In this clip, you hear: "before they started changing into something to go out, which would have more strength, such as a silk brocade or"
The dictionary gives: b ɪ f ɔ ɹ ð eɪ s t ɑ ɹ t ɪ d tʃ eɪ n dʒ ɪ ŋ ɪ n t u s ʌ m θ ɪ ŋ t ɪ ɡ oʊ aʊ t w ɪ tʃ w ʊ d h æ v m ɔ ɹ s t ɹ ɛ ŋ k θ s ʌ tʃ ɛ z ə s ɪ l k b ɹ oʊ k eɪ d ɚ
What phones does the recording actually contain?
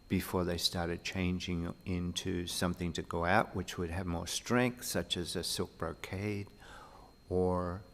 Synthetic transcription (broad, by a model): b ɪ f ɔ ɹ ð eɪ s t ɑ ɹ t ɪ d tʃ eɪ n dʒ ɪ ŋ ɪ n t u s ʌ m θ ɪ ŋ t ɪ ɡ oʊ aʊ t w ɪ tʃ w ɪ d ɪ v m ɔ ɹ s t ɹ ɛ ŋ k θ s ʌ tʃ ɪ z ə s ɪ l k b ɹ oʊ k eɪ d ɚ